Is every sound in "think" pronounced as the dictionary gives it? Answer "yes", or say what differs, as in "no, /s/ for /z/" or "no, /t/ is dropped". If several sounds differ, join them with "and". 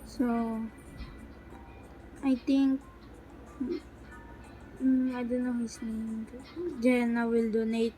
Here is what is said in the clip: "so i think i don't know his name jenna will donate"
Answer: no, /t/ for /θ/